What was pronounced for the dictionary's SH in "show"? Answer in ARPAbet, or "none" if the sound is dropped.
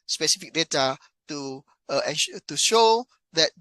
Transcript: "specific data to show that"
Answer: SH